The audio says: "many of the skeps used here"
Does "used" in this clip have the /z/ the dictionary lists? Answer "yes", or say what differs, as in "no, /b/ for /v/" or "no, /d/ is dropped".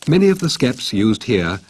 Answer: yes